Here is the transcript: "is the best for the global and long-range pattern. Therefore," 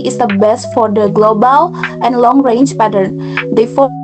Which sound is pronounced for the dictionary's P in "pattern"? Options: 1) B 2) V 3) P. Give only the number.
3